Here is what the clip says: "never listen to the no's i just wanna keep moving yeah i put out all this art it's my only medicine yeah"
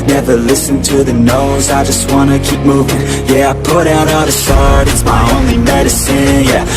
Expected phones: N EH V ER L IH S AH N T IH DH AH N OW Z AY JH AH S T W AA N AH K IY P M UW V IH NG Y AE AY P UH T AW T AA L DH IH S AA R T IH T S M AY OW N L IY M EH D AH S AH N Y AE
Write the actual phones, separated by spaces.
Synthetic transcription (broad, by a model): N EH V ER L IH S N T IH DH AH N OW Z AY JH AH S T W AA N AH K IY P M UW V IH NG Y AE AY P UH T AW T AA DH IH S AA R T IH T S M AY OW N L IY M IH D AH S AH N Y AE